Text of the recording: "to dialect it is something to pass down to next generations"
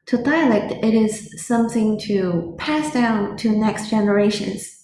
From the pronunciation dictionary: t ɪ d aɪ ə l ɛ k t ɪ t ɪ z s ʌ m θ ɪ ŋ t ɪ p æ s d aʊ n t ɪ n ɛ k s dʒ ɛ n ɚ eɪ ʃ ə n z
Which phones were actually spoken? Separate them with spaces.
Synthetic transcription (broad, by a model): t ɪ d aɪ ə l ɛ k t ɪ t ɪ z s ʌ m θ ɪ ŋ t ɪ p æ s d aʊ n t ɪ n ɛ k s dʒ ɛ n ɚ eɪ ʃ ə n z